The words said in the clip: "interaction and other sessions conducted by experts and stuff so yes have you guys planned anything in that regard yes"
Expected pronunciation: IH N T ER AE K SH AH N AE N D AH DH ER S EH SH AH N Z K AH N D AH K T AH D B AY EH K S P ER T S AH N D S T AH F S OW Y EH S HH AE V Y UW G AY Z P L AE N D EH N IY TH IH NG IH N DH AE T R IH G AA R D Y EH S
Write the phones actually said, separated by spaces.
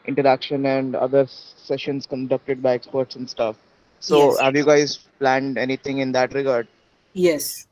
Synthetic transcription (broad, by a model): IH N T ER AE K SH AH N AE N D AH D ER S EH SH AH N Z K AH N D AH K T AH D B AY EH K S P ER T S AH N D S T AH F S OW HH AE V Y UW G AY Z P L AE N D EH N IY T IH NG IH N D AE T R IH G AA R D Y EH S